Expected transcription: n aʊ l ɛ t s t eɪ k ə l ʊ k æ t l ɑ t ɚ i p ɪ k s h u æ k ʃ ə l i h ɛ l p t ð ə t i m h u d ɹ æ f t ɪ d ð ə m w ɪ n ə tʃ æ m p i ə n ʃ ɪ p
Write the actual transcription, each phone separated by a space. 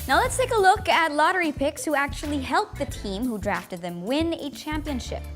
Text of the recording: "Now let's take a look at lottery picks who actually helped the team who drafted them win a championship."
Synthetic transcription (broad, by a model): n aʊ l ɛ t s t eɪ k ə l ʊ k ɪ t l ɑ t ɚ i p ɪ k s h u æ k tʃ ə l i h ɛ l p ð ə t i m h u d ɹ æ f t ɪ d ð ə m w ɪ n ə tʃ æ m p i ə n ʃ ɪ p